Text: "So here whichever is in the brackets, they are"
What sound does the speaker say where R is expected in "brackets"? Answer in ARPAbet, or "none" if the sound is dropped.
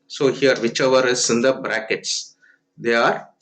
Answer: R